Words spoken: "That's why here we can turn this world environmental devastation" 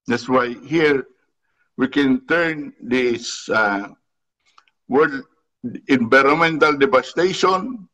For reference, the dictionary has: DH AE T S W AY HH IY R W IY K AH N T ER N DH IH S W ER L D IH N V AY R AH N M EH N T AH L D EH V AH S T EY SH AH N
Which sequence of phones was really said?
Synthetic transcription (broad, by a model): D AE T S W AY HH IY R W IY K AH N T ER N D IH S W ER D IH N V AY R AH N M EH N T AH L D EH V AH S T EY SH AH N